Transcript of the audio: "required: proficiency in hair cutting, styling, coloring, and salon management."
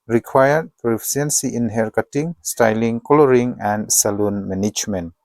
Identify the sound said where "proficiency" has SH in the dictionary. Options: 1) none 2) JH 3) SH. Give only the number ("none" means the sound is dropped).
1